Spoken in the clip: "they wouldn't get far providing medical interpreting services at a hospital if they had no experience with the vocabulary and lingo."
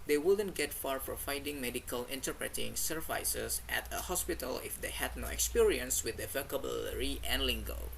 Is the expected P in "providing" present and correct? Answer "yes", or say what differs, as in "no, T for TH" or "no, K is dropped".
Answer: no, F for P